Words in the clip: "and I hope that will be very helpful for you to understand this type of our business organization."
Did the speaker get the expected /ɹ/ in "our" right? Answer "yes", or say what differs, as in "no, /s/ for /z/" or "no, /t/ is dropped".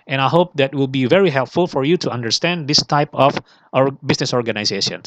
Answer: yes